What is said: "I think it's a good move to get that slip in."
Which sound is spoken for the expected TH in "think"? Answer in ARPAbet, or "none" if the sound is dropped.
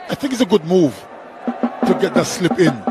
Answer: TH